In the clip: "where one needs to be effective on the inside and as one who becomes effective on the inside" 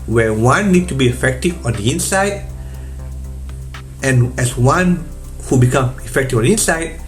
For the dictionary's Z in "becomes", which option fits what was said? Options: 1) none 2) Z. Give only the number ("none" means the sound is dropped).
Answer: 1